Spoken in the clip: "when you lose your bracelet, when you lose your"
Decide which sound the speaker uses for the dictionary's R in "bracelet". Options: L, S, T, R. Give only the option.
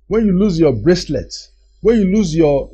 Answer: R